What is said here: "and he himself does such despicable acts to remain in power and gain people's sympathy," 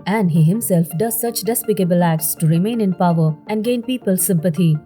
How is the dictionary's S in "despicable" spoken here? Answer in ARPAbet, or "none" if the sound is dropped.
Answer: S